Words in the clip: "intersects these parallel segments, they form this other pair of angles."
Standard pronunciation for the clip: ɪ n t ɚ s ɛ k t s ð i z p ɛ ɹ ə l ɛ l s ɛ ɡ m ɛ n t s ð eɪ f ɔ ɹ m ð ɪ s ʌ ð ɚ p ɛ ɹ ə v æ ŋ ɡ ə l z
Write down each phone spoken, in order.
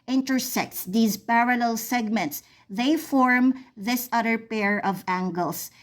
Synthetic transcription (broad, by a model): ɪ n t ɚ s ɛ k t s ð i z p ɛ ɹ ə l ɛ l s ɛ ɡ m ɛ n t s ð eɪ f ɔ ɹ m ð ɪ s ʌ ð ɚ p ɛ ɹ ə v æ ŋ ɡ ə l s